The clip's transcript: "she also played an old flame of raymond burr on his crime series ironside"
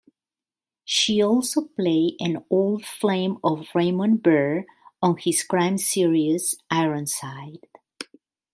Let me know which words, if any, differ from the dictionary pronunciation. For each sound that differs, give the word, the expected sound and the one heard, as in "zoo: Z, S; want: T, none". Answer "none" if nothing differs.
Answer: played: D, none; his: Z, S